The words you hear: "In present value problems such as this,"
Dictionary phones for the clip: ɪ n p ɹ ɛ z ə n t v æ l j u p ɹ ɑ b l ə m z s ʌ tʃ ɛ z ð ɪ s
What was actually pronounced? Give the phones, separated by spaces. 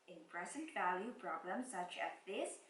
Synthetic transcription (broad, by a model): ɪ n p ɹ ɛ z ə n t v æ l j u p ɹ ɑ b l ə m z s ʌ tʃ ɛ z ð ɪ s